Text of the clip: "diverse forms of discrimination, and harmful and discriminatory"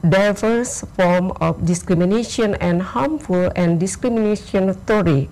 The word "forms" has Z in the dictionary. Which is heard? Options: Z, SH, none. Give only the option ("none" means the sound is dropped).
none